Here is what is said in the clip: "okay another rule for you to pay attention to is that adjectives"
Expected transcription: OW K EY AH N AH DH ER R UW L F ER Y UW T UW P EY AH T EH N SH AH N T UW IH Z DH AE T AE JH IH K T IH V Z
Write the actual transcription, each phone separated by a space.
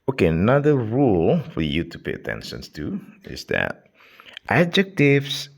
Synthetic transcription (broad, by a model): OW K EY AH N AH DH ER R UW L F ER Y UW T UW P EY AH T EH N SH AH N T UW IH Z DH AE T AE JH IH K T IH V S